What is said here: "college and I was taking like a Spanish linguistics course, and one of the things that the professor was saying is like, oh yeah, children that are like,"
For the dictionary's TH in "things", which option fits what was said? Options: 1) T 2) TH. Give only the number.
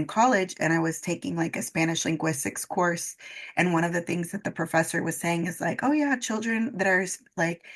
2